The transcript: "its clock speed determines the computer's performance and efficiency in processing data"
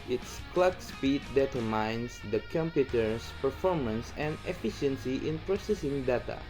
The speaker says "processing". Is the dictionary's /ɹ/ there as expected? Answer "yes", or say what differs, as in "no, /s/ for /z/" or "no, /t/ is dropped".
yes